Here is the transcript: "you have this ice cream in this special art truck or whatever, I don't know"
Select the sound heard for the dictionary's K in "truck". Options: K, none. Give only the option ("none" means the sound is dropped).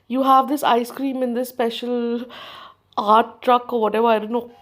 K